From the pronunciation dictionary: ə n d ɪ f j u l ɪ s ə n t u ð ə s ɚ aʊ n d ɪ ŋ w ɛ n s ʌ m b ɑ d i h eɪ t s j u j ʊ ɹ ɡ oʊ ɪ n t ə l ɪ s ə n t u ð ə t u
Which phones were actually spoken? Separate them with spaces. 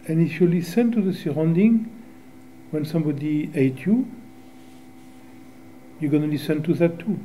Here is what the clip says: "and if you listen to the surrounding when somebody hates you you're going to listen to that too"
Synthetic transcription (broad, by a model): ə n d ɪ f j u l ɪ s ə n t u ð ə s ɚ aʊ n d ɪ ŋ w ɛ n s ʌ m b ɑ d i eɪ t j u j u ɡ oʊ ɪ n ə l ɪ s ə n t u ð ə t u